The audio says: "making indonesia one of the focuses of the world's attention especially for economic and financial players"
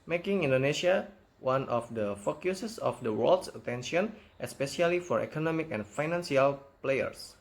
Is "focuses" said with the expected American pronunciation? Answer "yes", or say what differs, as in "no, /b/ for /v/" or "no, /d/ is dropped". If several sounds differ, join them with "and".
no, /s/ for /z/